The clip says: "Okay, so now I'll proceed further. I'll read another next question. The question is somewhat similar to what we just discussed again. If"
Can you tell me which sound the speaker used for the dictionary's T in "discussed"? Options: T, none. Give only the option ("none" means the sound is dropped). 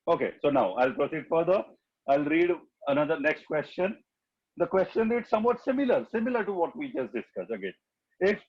none